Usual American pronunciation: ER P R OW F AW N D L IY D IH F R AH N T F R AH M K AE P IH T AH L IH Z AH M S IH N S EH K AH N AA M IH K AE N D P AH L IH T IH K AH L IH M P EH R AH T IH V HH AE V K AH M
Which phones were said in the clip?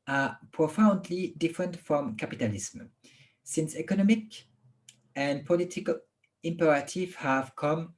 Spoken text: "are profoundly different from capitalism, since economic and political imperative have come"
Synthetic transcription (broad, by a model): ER P R OW F AW N D L IY D IH F R AH N T F R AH M K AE P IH T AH L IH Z M S IH N S EH K AH N AA M IH K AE N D P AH L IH T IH K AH L IH M P EH R AH T IH V HH AE V K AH M